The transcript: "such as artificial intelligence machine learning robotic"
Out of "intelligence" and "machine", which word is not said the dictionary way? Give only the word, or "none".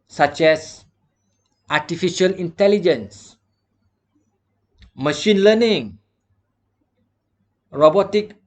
none